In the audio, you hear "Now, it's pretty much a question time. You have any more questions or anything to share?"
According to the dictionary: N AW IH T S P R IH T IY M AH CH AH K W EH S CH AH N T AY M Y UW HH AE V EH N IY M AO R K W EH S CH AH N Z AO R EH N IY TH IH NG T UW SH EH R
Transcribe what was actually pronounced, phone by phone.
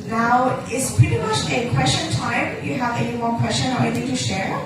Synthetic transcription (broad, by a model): N AW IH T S P R IH T IY M AH CH AH K W EH S CH AH N T AY M Y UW HH AE V EH N IY M AO R K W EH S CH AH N AO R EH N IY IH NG T UW SH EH R